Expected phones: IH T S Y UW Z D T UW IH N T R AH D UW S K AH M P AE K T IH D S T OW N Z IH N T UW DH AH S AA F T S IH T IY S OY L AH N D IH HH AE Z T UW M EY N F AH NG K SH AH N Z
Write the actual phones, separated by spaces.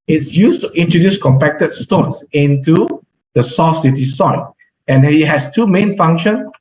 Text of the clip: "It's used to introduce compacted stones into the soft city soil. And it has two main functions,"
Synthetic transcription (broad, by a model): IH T S Y UW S T UW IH N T R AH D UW S K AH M P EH K T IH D S T OW N S IH N T UW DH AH S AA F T S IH T IY S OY N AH N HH IH HH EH S T UW M EY N F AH NG K SH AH N